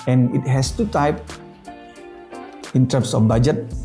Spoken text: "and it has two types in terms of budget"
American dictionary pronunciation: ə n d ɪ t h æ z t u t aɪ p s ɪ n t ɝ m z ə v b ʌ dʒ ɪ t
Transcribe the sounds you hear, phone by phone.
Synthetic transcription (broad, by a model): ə n ɪ t h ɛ s t u t aɪ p ɪ n t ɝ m s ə f b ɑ dʒ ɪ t